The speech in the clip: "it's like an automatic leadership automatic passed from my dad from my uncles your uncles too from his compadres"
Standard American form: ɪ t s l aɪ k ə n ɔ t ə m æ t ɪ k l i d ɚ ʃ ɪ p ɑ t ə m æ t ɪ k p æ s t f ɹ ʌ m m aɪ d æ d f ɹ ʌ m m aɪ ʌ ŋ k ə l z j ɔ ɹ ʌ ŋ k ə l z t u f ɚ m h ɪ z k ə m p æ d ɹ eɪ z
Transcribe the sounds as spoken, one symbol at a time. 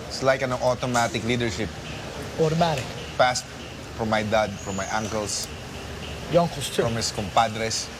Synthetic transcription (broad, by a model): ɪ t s l aɪ k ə n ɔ t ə m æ t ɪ k l i d ɚ ʃ ɪ p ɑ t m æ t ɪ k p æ s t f ɹ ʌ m m aɪ d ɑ d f ɹ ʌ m m aɪ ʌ ŋ k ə l s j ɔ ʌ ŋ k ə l s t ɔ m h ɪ s k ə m p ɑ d ɹ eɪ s